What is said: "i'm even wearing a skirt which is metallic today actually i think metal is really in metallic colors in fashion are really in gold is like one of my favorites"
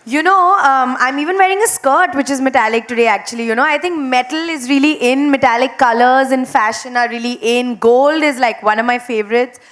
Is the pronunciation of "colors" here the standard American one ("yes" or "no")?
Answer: yes